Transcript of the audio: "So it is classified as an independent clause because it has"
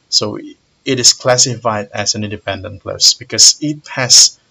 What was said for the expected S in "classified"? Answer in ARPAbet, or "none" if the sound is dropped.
S